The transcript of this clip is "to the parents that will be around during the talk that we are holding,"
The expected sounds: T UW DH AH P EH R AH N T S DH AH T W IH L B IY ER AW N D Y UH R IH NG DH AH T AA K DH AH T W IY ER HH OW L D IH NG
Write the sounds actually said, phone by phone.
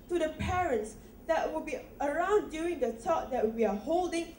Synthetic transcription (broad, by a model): T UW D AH P EH R AH N T S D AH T W IH L B IY ER AW N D Y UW IH NG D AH T AA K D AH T W IY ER HH OW L D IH NG